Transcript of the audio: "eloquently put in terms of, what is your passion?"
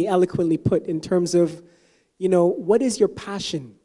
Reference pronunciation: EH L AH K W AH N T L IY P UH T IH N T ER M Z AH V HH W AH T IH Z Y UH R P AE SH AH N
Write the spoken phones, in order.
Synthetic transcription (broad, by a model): EH L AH K W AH N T L IY P UH T IH N T ER M Z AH V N W AH T IH Z Y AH R P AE SH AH N